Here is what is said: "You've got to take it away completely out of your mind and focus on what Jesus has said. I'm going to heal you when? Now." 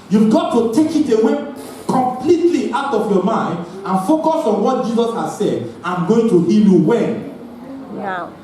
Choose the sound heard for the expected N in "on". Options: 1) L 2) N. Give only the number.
2